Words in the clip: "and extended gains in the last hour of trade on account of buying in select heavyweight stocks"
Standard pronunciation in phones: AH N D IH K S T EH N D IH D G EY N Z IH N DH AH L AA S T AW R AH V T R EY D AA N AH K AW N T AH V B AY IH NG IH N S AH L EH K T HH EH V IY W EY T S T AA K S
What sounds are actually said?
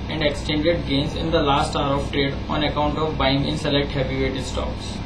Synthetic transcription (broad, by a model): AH N D IH K S T EH N D IH D G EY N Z IH N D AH L AA S T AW R AH V T R EY D AA N AH K AW N T AH V B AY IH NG IH N S AH L EH K T HH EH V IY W EY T S T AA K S